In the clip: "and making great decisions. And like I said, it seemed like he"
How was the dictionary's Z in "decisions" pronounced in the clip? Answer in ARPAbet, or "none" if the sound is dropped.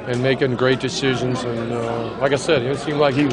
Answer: Z